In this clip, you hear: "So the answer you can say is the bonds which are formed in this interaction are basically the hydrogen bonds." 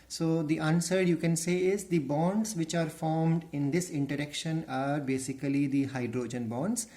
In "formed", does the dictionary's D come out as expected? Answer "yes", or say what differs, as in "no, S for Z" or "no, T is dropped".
yes